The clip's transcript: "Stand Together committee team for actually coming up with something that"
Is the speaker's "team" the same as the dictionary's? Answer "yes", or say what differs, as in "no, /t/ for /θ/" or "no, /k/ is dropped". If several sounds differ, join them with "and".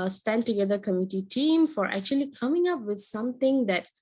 yes